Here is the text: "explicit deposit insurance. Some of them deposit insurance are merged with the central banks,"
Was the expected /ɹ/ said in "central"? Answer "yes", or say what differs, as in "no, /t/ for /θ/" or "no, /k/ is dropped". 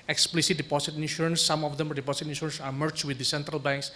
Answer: yes